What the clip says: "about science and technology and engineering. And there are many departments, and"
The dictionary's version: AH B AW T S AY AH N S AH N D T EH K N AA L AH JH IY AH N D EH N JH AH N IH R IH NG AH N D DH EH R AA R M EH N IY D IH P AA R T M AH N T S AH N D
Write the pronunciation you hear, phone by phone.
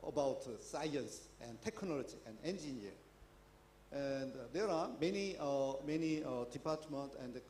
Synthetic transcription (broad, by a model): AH B AW T S AY AH N S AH N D T EH K N AA L AH JH IY AH N D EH N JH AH N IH AH N D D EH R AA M M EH N IY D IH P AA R T M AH N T AH N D